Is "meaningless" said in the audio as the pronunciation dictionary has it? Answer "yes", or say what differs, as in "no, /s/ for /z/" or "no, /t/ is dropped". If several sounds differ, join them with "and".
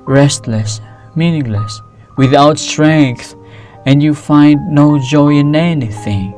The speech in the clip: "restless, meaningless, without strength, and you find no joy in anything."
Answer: yes